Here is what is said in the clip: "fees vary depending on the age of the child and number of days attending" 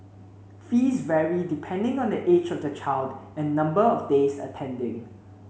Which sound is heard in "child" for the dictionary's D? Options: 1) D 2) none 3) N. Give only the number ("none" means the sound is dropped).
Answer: 1